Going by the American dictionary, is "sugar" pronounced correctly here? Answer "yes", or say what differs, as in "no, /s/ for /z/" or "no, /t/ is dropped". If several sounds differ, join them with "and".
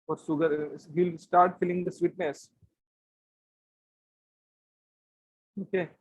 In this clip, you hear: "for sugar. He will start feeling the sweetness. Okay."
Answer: no, /s/ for /ʃ/